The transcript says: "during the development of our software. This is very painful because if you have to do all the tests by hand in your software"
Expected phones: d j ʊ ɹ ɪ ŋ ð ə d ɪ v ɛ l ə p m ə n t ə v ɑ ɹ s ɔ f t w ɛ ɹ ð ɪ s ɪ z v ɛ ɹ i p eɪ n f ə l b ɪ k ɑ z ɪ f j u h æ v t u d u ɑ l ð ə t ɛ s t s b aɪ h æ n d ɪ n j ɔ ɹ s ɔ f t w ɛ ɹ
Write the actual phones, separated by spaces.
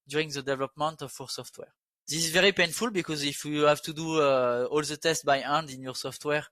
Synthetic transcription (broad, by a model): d j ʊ ɹ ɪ ŋ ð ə d ɪ v ɛ l ə p m ə n t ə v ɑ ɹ s ɔ f t w ɛ ɹ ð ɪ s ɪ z v ɛ ɹ i p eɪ n f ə l b ɪ k ɑ z ɪ f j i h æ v t u d u ɑ l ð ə t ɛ s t b aɪ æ n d ɪ n j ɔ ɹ s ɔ f t w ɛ ɹ